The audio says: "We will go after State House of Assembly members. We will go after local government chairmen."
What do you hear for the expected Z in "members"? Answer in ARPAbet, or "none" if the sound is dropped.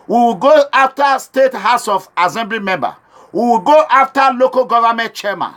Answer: none